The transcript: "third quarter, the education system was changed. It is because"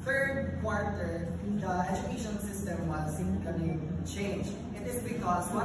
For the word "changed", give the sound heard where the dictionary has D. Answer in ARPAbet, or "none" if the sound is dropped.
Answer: none